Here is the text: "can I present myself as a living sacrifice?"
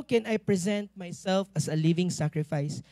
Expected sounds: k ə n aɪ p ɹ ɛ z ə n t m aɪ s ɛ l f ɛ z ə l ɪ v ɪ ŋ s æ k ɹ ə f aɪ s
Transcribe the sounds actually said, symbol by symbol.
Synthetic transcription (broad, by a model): k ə n aɪ p ɹ ɛ z ə n t m aɪ s ɛ l f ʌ s ə l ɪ v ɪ ŋ s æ k ɹ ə f aɪ s